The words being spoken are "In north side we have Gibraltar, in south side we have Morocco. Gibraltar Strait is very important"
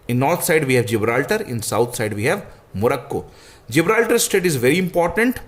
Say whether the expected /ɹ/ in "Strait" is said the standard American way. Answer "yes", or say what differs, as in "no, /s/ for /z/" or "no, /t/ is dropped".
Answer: no, /ɹ/ is dropped